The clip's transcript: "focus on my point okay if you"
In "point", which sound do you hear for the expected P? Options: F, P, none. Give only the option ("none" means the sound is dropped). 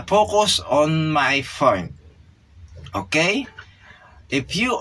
F